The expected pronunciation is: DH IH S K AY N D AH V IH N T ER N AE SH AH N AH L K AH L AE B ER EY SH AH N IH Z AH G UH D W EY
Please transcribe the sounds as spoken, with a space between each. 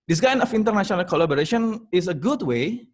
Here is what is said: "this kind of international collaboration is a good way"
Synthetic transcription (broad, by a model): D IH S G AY N AH F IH N T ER N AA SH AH N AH L K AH L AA B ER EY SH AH N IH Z AH G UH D W EY